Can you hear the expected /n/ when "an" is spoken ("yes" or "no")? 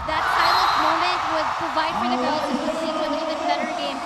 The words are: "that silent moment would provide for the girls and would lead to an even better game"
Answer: no